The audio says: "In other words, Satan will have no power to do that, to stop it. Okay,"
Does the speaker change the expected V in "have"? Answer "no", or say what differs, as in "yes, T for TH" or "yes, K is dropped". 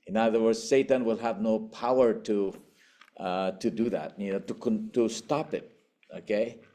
no